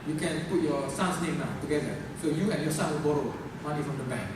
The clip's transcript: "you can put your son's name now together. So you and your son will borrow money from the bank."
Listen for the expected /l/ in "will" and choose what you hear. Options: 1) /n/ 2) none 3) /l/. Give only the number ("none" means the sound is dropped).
1